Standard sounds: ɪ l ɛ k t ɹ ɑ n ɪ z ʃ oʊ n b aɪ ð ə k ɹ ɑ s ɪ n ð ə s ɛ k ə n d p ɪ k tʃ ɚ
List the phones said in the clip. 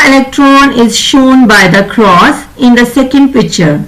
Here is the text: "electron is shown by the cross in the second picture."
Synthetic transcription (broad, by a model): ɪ l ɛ k t ɹ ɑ n ɪ z ʃ oʊ n b aɪ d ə k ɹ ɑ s ɪ n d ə s ɛ k ə n d p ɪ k tʃ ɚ